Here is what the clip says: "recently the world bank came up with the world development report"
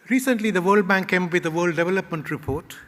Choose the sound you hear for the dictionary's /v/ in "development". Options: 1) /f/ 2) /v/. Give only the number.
2